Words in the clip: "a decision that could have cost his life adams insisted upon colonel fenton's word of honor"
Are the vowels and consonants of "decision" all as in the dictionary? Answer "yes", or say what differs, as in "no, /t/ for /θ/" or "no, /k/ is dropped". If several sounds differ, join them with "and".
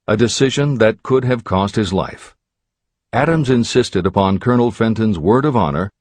yes